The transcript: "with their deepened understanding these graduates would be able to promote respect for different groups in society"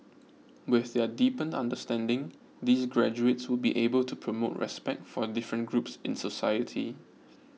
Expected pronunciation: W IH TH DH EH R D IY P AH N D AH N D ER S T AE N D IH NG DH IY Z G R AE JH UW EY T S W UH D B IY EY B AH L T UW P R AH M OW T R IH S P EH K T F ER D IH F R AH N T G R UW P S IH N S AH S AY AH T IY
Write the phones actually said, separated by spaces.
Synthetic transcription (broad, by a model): W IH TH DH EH D IY P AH N AA N D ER S T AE N D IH NG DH IY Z G R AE JH UW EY T S W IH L B IY EY B AH L T UW P R AH M OW T R IH S P EH K T F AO D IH F R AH N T G R UW P S IH N S AH S AY AH T IY